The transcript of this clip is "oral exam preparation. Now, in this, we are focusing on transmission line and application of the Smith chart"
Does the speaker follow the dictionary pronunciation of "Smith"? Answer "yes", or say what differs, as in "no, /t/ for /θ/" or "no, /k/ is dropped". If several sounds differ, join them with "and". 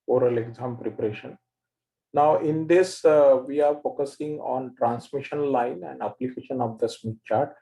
no, /t/ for /θ/